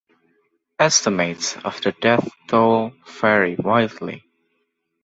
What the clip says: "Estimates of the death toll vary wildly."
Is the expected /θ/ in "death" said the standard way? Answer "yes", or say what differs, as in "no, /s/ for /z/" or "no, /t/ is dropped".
yes